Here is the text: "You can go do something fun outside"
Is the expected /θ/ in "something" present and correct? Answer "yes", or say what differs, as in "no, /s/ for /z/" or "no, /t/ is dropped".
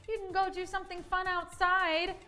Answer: yes